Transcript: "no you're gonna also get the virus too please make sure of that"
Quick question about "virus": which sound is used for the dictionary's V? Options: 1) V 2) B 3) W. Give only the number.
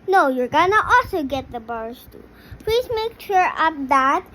2